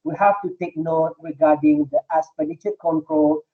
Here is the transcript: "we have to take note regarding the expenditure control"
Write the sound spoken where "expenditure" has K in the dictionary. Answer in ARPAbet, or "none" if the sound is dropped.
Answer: none